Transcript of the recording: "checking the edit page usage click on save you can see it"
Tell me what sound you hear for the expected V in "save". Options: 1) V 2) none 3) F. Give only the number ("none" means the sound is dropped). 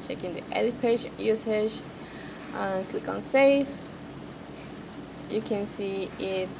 3